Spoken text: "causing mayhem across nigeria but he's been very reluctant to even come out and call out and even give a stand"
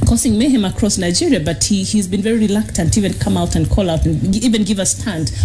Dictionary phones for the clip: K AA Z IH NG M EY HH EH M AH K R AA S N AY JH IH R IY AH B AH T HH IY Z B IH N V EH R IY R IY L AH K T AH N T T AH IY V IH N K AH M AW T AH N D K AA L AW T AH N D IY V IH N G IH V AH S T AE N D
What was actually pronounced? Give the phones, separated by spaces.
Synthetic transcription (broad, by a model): K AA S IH NG M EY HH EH M AH K R AA S N AY JH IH R IY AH B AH T HH IY Z B IH N V EH R IY R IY L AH K T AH N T T IY V IH N K AH M AW T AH N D K AA L AW T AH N IY V IH N G IH V AH S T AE N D